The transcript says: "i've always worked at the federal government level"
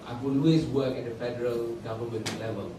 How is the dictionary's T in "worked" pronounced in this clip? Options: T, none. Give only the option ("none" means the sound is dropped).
none